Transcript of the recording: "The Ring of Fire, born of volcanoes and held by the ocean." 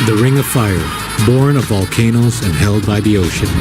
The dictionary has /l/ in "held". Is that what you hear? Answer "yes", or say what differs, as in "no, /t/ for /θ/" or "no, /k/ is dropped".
yes